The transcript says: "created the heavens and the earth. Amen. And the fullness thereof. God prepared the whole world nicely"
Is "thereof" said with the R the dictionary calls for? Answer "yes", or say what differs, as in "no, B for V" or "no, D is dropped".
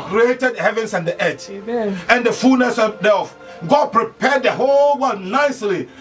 no, R is dropped